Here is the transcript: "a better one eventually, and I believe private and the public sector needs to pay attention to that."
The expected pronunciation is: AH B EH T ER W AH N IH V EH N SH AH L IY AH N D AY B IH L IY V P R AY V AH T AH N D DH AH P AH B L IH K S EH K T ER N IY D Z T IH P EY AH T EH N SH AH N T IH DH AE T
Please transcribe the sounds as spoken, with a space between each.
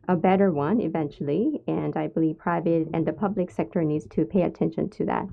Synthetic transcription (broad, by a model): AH B EH T ER W AH N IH V EH N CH L IY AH N AY B IH L IY V P R AY V AH T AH N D DH AH P AH B L IH K S EH K T ER N IY D Z T IH P EY AH T EH N SH AH N T IH DH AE T